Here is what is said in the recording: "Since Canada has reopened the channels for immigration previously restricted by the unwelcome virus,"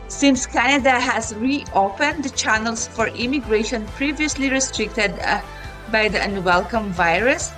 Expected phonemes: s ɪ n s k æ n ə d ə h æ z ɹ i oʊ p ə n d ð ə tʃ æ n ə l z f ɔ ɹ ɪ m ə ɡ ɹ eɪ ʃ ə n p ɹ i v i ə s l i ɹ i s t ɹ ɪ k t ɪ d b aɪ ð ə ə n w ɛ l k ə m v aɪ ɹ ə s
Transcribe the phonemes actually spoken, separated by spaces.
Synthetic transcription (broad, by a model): s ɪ n s k æ n ə d ə h æ z ɹ i oʊ p ə n d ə tʃ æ n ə l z f ɔ ɹ ɪ m ə ɡ ɹ eɪ ʃ ə n p ɹ i v i ə s l i ɹ i s t ɹ ɪ k t ɪ d b aɪ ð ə ə n w ɛ l k ə m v aɪ ɹ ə s